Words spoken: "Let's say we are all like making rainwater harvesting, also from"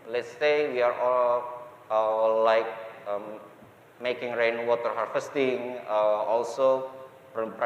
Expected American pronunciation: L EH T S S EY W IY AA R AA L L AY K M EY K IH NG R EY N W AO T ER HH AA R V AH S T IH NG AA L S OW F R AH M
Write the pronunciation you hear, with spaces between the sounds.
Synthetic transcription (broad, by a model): L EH T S S EY W IY AA R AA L L AY K M EY K IH NG R EY N W AO T ER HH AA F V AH S T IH NG AA L S OW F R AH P